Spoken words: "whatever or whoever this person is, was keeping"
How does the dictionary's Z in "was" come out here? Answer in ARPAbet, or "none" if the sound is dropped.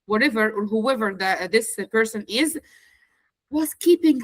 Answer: S